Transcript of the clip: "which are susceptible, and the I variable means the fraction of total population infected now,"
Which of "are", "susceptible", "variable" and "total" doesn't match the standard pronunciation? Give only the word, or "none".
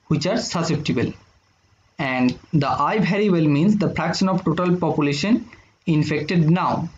variable